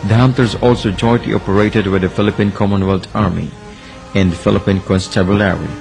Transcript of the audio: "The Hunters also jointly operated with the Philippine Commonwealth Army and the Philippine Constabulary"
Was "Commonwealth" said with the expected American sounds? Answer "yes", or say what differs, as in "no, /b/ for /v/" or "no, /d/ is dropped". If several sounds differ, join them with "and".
no, /t/ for /θ/